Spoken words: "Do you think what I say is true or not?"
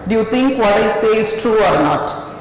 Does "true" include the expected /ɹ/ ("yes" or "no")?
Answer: yes